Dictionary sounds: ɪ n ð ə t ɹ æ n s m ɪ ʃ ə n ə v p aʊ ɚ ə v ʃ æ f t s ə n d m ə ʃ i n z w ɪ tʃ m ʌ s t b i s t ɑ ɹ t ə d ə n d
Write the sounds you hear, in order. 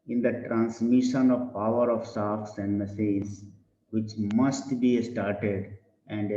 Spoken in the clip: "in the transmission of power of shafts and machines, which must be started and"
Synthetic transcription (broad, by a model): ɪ n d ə t ɹ æ n s m ɪ ʃ ə n ə v p aʊ ɚ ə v s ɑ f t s ə n d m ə s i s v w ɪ tʃ m ʌ s t b i s t ɑ ɹ t ə d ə n d